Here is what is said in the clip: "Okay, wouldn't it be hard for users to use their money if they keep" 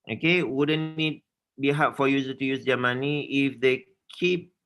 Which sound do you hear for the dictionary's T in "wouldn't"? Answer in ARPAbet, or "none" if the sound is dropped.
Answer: none